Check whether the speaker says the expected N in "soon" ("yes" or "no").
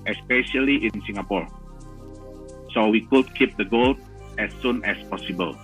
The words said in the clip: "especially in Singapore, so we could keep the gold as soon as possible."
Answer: yes